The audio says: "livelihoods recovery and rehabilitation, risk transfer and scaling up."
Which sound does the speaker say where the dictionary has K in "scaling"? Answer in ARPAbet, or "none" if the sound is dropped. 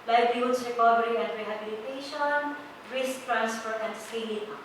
none